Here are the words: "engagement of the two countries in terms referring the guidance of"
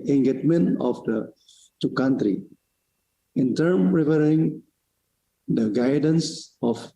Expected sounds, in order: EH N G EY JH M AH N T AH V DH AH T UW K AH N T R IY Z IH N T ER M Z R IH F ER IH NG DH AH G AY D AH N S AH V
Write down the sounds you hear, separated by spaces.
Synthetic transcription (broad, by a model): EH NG G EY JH M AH N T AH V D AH T UW K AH N T R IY IH N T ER M R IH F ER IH NG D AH G AY D AH N S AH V